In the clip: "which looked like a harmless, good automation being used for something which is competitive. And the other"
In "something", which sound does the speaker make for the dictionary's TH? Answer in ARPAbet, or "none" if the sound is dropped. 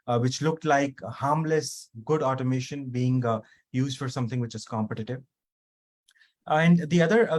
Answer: T